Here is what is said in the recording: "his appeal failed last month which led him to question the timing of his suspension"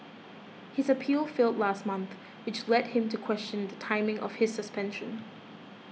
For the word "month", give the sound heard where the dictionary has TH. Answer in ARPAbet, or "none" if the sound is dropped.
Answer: TH